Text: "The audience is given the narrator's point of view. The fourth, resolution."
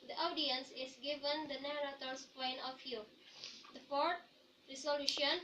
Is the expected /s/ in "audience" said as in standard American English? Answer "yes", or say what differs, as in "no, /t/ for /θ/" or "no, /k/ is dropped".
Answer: yes